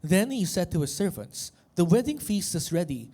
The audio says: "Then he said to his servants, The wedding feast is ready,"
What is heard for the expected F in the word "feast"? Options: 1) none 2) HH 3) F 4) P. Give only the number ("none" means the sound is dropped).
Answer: 3